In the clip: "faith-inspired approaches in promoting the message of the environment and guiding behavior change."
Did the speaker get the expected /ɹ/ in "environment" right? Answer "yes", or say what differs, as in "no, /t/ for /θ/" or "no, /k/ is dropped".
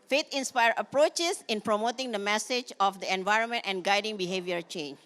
yes